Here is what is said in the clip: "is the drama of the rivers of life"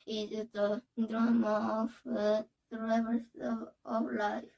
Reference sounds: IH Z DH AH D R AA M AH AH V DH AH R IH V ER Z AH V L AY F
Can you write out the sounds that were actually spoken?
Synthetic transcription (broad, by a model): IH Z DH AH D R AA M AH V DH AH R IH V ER S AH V L AY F